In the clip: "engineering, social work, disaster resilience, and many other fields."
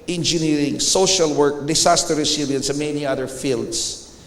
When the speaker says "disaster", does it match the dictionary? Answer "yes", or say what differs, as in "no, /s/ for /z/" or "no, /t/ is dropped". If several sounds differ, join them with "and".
no, /s/ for /z/